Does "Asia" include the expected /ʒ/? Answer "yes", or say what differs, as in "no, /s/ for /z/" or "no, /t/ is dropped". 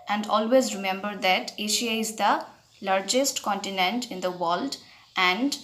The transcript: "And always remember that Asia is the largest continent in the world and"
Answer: no, /ʃ/ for /ʒ/